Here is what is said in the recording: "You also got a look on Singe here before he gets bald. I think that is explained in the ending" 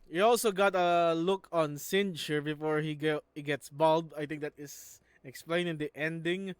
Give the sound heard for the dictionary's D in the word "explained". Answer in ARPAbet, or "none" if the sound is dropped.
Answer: none